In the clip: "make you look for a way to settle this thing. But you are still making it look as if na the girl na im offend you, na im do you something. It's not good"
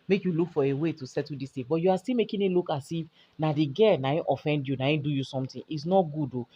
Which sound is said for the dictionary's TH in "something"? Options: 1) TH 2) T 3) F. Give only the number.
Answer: 2